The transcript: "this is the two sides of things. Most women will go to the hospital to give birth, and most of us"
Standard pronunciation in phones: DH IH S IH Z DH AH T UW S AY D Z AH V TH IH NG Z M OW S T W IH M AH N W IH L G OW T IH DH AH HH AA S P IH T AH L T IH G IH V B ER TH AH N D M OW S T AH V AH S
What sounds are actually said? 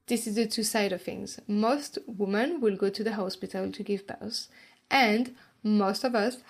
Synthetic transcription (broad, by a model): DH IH S IH Z DH AH T UW S AY D AH V TH IH NG Z M OW S T W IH M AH N W IH L G OW T IH DH AH HH AA S P IH T AH L T IH G IH V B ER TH AH N D M OW S T AH V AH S